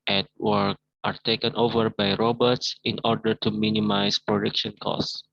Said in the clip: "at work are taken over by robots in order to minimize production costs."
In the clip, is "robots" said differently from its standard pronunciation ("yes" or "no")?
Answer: no